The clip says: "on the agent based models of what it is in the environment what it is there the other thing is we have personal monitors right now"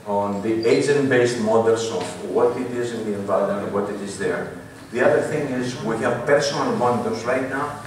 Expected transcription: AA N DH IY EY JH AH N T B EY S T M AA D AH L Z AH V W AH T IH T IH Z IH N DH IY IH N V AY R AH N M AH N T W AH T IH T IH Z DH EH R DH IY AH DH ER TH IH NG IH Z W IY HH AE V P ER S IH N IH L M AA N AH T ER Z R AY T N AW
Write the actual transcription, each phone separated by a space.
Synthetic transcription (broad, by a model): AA N DH IY EY JH AH N T B EY S T M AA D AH L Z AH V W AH T IH T IH Z IH N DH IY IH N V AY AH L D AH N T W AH T IH T IH Z DH EH R DH IY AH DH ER TH IH NG IH Z W IY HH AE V P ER S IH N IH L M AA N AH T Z R AY T N AW